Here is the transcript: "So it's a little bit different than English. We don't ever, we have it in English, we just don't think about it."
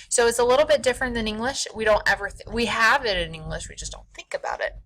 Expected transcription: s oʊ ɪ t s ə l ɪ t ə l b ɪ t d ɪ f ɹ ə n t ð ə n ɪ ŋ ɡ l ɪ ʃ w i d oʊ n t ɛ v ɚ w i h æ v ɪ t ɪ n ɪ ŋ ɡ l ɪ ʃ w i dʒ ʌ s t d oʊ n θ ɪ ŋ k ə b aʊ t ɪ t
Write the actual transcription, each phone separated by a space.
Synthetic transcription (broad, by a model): s oʊ ɪ t s ə l ɪ t l b ɪ t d ɪ f ɹ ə n ð ə n ɪ ŋ ɡ l ɪ ʃ w i d oʊ n t ɛ v ɚ w i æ v ɪ t ɪ n ɪ ŋ ɡ l ɪ ʃ w i dʒ ʌ s d oʊ n θ ɪ ŋ k ə b aʊ t ɪ t